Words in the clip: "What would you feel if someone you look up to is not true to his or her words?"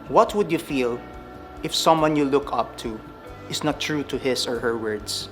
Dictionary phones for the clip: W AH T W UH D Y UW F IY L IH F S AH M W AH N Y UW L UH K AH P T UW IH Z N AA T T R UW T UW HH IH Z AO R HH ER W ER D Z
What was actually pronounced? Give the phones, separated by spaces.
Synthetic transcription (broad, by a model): W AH T W UH D Y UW F IY L IH F S AH M W AH N Y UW L UH K AH P T UW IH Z N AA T T R UW T UW HH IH S AO R HH ER W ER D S